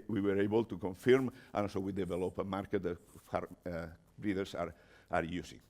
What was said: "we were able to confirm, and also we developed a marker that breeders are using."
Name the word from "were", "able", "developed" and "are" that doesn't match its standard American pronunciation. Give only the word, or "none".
developed